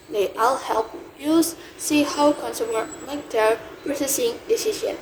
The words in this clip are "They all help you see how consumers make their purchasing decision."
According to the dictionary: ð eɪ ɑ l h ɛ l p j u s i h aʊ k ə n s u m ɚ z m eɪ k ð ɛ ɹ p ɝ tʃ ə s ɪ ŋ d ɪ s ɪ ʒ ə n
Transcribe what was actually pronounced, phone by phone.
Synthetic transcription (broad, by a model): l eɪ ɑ l h ɛ l p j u s i h aʊ k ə n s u m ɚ m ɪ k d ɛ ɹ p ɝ s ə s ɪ ŋ d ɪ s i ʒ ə n